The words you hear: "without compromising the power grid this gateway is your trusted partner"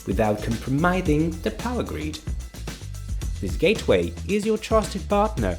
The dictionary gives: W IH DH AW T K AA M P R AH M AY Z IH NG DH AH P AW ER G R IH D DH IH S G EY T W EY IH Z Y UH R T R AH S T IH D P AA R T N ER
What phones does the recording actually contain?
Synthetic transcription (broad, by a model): W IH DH AW T K AA M P R AH M AY Z IH NG DH AH P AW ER G R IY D DH IH S G EY T W EY IH Z Y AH R T R AH S T IH D P AA R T N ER